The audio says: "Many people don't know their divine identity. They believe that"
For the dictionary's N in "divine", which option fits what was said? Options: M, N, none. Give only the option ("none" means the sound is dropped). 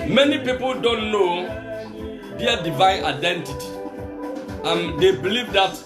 N